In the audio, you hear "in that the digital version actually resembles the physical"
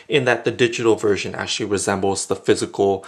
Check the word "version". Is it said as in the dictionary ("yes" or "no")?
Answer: yes